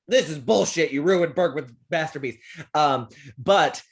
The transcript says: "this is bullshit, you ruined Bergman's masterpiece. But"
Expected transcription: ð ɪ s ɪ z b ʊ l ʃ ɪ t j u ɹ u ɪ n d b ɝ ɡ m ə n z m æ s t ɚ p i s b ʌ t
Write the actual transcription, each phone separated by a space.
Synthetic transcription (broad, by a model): ð ɪ s ɪ z b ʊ l ʃ ɪ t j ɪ ɹ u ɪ n b ɝ ɡ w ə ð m æ s t ɚ b i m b ʌ t